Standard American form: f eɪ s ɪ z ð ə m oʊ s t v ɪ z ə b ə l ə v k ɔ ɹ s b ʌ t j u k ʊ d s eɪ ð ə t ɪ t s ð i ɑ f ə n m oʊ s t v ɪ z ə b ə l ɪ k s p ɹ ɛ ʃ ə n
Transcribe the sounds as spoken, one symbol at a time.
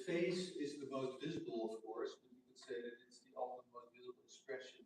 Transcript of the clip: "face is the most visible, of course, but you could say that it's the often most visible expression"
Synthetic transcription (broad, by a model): f eɪ s ɪ z ð ə m oʊ s t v ɪ z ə b l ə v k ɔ ɹ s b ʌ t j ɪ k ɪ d s eɪ ð ə t ɪ t s ð i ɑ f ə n m oʊ s t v ɪ z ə b l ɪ k s p ɹ ɛ ʃ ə n